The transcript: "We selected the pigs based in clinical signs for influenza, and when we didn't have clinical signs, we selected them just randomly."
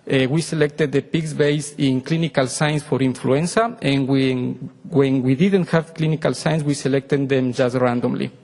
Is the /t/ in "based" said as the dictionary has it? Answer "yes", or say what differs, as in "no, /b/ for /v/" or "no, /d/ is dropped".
no, /t/ is dropped